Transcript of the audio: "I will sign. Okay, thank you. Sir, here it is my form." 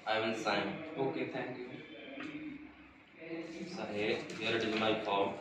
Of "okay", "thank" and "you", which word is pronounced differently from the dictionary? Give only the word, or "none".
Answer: thank